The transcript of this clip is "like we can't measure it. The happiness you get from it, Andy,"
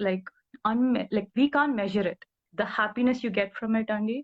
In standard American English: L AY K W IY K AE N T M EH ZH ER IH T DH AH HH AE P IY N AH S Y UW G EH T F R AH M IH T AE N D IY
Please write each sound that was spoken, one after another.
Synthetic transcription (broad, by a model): L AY K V IY K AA N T M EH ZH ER IH T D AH HH AE P IY N AH S Y UW G EH T F R AH M IH T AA N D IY